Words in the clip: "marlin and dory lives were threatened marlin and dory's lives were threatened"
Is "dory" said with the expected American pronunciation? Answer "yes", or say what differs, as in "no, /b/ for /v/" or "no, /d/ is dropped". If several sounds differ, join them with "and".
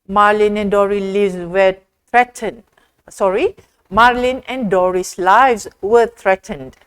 yes